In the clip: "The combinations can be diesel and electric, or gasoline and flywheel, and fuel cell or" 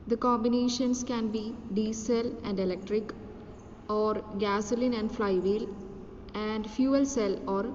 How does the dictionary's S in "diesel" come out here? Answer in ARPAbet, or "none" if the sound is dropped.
S